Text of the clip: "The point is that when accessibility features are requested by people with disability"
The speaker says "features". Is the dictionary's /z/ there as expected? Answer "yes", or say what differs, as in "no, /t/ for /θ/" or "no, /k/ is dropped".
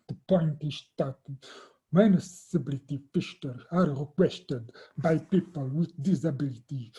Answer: no, /z/ is dropped